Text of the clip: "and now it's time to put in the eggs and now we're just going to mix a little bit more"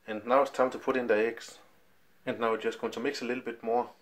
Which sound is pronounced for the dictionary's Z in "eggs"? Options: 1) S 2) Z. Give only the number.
1